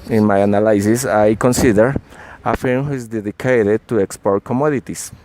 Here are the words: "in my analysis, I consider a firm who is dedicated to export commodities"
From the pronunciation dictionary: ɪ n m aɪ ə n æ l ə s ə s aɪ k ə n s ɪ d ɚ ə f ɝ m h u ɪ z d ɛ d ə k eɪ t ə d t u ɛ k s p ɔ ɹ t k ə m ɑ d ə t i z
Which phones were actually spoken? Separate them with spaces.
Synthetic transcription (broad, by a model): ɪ n m aɪ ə n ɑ l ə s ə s aɪ k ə n s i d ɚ ə f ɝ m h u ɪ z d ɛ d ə k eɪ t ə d t u ɛ k s p ɔ ɹ t k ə m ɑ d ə t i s